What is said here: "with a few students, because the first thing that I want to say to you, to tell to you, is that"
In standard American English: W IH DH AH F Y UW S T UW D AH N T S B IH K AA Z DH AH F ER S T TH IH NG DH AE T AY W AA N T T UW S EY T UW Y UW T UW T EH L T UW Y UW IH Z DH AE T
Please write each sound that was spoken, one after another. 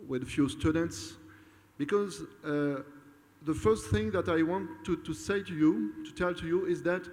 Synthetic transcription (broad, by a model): W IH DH AH F Y UW S T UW D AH N T S B IH K AA Z DH AH F ER S T TH IH NG DH AE T AY W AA N T T UW S EY T UW Y UW T UW T EH L T UW Y UW IH Z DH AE T